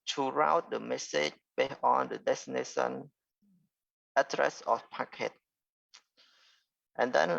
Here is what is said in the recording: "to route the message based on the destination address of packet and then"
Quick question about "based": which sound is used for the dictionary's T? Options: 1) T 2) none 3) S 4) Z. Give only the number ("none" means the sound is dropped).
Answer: 2